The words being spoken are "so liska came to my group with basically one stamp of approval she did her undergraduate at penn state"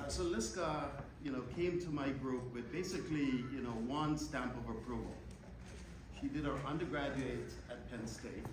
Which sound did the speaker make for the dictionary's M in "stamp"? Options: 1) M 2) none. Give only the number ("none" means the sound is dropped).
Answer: 1